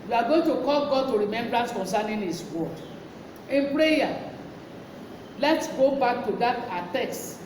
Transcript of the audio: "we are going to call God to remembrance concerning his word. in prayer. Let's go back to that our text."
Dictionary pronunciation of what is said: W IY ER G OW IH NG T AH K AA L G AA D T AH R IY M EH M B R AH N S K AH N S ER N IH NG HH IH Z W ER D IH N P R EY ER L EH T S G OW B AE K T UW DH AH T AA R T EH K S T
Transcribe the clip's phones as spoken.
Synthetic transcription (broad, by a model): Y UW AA G OW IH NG T AH K AA L G AA D T AH R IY M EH M B R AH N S K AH N S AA N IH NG HH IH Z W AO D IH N P R EY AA L EH T S G OW B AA K T UW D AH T AA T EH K S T